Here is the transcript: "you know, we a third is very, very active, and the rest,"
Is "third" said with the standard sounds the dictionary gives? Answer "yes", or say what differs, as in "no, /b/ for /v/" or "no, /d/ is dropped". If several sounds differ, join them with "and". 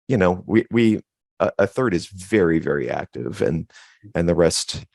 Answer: yes